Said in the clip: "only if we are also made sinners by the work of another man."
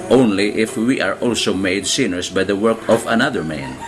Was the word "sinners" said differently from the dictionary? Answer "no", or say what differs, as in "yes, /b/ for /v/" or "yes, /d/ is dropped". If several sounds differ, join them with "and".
yes, /s/ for /z/